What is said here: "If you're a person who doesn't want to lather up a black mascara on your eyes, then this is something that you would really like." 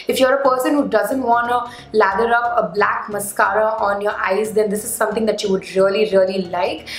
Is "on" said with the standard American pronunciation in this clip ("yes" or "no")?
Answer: yes